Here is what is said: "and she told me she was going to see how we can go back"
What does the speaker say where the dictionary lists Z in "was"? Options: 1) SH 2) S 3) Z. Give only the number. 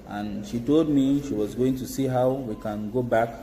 3